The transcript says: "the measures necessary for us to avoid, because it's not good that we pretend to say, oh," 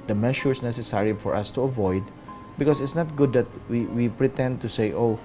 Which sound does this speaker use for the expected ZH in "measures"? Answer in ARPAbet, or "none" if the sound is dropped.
SH